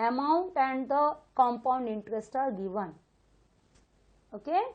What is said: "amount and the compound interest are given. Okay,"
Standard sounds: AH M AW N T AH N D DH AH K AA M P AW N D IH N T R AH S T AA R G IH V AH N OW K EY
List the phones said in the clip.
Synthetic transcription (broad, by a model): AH M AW N T AH N D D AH K AA M P AW N D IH N T R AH S T AA R G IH V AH N OW K EY